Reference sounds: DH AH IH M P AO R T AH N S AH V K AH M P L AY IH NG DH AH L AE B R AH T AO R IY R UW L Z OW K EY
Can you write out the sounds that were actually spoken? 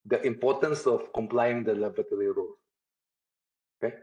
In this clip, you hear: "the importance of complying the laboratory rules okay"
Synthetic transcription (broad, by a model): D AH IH M P AO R T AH N S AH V K AH M P L AY IH NG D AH L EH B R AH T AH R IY R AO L OW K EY